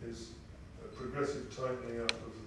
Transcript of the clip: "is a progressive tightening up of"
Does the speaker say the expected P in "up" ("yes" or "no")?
no